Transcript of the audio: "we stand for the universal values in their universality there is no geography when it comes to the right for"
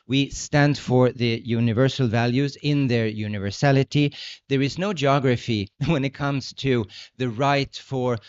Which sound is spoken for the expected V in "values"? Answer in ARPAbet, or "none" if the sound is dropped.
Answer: V